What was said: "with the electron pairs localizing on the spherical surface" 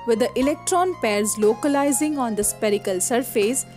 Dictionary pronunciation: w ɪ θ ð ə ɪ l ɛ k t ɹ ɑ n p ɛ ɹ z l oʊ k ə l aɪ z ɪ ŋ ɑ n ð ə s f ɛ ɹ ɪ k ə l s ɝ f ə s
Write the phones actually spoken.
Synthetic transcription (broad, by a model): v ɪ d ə ɪ l ɛ k t ɹ ɑ n p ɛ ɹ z l oʊ k ə l aɪ z ɪ ŋ ɑ n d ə s p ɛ ɹ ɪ k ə l s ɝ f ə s